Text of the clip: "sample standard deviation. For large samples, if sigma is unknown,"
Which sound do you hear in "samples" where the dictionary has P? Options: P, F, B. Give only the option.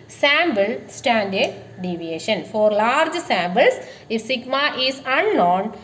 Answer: B